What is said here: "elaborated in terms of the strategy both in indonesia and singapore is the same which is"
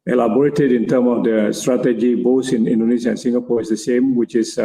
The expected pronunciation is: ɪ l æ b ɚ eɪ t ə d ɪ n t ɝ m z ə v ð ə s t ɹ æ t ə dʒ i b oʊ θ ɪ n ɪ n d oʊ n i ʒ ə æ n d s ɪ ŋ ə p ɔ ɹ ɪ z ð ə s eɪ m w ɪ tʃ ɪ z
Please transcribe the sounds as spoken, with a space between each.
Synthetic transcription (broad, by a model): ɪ l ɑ b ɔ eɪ t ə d ɪ n t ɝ m ə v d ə s t ɹ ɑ t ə dʒ i b oʊ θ ɪ n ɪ n d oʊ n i s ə n s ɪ ŋ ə p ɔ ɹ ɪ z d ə s eɪ m w ɪ tʃ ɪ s